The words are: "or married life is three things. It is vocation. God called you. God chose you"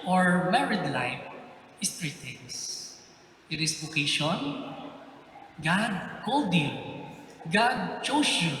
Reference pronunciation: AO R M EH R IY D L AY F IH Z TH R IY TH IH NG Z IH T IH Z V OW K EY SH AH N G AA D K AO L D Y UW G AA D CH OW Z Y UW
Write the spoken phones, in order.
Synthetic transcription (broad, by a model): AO R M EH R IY D L AY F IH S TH R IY T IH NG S IH T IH S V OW K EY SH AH N G AA D K AO L D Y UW G AA D CH OW S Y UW